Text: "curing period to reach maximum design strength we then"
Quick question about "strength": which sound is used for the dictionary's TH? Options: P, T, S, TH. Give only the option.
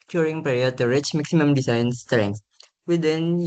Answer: S